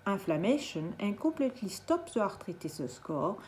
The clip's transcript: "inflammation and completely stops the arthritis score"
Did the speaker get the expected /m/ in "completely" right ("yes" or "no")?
no